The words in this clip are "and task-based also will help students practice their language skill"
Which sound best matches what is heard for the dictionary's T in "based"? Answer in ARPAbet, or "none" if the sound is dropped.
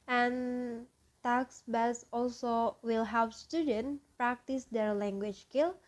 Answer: none